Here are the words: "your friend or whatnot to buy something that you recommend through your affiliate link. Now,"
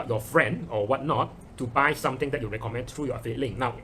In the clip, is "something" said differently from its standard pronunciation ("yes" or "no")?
yes